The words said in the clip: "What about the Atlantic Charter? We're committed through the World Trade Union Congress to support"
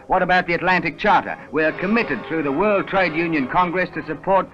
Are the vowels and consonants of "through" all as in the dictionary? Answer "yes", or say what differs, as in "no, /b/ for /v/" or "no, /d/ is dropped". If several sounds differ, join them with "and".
yes